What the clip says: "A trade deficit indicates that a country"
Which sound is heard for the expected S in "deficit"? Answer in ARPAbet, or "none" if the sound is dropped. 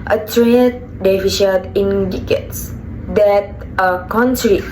SH